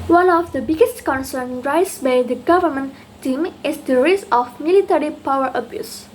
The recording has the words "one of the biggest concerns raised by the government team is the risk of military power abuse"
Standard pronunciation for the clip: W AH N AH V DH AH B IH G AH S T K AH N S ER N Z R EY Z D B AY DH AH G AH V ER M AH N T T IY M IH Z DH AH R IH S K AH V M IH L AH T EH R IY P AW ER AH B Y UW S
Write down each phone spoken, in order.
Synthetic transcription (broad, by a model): W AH N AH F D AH B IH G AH S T K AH N S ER N R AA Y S B AY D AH G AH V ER M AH N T T IY M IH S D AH R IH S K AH F M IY L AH T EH R IY P AW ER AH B Y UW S